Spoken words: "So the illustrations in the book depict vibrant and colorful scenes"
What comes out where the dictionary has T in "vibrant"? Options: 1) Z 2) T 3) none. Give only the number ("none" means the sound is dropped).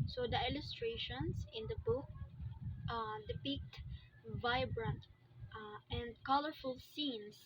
2